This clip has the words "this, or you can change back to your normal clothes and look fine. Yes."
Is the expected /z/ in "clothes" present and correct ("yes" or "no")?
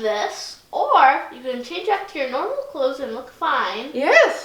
yes